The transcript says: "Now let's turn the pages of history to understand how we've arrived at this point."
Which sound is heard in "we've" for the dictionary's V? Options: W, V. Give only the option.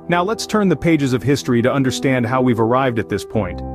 V